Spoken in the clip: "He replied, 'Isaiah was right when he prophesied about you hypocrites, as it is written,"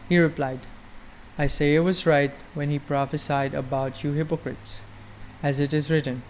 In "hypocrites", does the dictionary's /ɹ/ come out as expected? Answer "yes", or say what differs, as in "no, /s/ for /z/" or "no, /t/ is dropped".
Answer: yes